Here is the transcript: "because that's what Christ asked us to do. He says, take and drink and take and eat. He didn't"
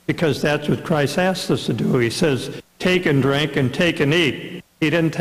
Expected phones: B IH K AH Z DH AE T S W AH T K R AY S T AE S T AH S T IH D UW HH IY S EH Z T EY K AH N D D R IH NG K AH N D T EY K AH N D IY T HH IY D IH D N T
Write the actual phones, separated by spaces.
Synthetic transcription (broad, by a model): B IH K AH Z DH AE T S W AH T K R AY S T AE S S AH S T IH D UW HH IY S EH Z T EY K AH N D D R IH NG K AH N T EY K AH N IY T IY D IH D N T